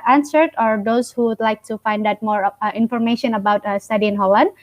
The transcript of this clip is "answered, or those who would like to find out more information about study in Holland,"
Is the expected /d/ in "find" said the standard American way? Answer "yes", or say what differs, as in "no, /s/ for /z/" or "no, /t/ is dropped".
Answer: yes